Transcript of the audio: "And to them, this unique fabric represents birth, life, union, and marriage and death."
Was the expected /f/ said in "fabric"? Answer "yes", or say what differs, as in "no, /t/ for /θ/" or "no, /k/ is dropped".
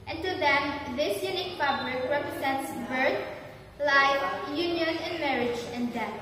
no, /p/ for /f/